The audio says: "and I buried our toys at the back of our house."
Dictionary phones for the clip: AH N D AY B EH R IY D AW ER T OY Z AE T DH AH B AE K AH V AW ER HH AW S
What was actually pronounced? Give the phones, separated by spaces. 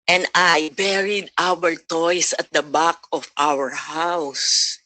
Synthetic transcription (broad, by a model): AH N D AY B EH R IY D AW ER T OY S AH T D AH B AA K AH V AW ER HH AW S